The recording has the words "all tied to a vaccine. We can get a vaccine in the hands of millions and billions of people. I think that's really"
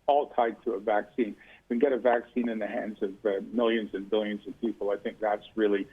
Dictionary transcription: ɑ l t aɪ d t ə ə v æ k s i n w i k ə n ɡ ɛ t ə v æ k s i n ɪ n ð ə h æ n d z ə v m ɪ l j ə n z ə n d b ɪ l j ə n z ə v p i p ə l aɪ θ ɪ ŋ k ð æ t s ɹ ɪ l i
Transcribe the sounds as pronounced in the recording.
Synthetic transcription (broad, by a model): ɑ l t aɪ d t ə ə v æ k s i n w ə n ɡ ɛ t ə v æ k s i n ɪ n ð ə h æ n d z ə v m ɪ l j ə n z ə n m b ɪ l j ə n z ə v p i p l aɪ θ ɪ ŋ k ð æ t s ɹ ɪ l i